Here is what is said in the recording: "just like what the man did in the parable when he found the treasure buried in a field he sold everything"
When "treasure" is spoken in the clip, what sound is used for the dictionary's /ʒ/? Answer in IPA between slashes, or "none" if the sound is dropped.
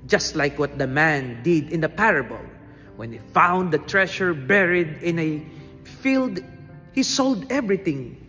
/ʃ/